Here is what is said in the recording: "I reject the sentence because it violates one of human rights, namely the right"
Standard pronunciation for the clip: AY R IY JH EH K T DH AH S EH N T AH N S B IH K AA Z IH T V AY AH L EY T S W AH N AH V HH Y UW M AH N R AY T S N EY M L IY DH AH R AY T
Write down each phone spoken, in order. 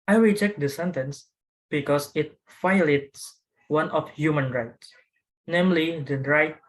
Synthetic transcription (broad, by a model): AY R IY CH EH K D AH S EH N T AH N S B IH K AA S IH T F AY L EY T S W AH N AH F HH Y UW M AH N R AY T S N EY M L IY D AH R AY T